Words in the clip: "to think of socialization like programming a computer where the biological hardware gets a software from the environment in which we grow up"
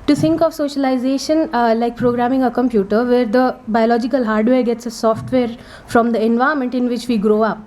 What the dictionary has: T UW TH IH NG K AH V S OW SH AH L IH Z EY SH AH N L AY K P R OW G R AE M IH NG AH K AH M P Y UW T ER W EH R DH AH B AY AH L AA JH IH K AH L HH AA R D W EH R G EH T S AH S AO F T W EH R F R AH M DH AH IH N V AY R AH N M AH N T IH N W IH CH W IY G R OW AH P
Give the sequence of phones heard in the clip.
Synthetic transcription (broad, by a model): T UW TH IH NG K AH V S OW SH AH L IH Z EY SH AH N L AY K P R OW G R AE M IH NG AH K AH M P Y UW T ER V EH R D AH B AY AH L AA JH IH K AH L HH AA R D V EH R G EH T S AH S AO F T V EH R F R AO M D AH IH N V AY AH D M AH N T IH N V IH CH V IY G R OW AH P